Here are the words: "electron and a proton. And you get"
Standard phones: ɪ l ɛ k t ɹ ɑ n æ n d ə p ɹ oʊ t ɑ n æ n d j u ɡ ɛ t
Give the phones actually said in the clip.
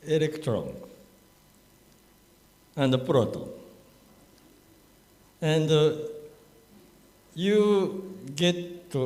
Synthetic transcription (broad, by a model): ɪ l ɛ k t ɹ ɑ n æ n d ə p ɹ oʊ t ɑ æ n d j u ɡ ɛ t